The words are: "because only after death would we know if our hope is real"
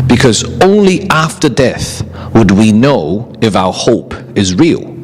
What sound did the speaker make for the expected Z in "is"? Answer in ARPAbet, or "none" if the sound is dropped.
Z